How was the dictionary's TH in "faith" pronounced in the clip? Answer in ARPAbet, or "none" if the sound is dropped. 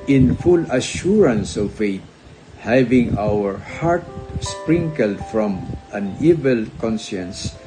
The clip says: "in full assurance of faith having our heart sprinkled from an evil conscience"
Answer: T